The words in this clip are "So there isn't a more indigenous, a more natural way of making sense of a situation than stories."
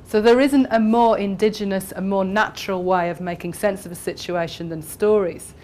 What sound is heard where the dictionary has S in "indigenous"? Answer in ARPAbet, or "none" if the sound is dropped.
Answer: S